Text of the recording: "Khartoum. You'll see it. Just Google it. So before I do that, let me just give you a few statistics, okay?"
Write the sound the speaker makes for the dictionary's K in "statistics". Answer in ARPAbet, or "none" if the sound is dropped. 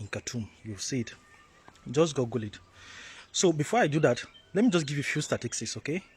none